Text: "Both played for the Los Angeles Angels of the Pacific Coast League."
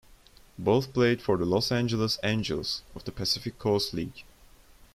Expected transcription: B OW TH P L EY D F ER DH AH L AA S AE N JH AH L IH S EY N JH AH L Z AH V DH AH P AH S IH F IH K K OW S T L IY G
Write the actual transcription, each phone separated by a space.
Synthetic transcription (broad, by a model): B OW TH P L EY D F ER DH AH L AA S AE N JH AH L IH S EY N JH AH L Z AH V DH AH P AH S IH F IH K K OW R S L IY G